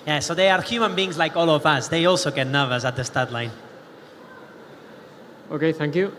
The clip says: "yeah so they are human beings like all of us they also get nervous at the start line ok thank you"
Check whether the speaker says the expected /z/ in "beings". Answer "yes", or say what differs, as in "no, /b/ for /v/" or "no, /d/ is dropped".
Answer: yes